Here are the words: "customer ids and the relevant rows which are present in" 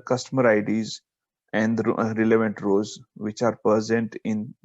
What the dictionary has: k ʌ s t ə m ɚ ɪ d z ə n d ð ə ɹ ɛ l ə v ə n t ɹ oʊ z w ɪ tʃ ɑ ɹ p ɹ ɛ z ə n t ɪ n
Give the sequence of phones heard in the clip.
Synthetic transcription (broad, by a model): k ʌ s t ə m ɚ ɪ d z ə n d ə ɹ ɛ l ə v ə n t ɹ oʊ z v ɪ tʃ ɑ ɹ p ʌ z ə n t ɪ n